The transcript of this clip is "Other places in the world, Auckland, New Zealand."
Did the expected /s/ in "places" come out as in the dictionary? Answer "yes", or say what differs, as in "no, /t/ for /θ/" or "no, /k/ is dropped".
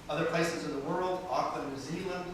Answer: yes